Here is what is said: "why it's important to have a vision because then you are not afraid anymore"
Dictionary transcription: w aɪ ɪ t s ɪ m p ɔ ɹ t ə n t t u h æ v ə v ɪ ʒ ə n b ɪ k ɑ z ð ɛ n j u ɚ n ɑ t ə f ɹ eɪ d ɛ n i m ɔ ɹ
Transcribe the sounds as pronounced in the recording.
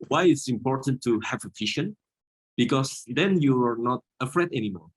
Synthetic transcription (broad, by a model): w aɪ ɪ t s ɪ m p ɔ ɹ t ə n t t u h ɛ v ə f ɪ ʃ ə n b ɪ k ɑ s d ɛ n j u ɚ n ɑ t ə f ɹ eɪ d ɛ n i m ɔ ɹ